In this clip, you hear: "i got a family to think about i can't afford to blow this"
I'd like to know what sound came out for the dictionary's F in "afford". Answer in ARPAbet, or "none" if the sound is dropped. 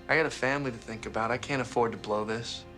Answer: F